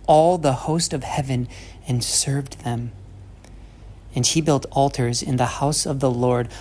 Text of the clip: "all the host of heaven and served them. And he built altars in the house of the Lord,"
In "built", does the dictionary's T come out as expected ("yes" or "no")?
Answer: yes